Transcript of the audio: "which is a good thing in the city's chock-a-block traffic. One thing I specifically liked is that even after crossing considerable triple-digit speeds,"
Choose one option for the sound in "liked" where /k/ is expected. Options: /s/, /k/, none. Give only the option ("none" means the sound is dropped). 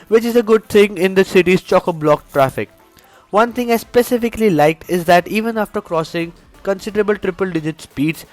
/k/